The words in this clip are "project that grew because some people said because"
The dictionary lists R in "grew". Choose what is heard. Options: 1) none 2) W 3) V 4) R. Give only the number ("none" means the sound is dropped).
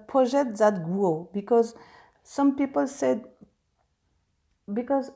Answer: 1